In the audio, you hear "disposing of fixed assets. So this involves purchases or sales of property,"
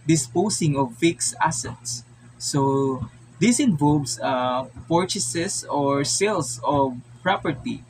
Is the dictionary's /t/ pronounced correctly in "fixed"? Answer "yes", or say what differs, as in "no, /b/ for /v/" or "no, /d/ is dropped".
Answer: no, /t/ is dropped